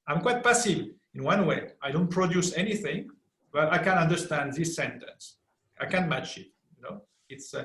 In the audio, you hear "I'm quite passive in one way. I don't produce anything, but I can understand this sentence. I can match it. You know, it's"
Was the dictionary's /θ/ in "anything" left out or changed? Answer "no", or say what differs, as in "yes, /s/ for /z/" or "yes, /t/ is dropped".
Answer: no